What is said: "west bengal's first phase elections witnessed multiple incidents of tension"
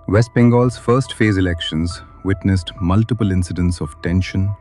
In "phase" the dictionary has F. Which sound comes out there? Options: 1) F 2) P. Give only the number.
1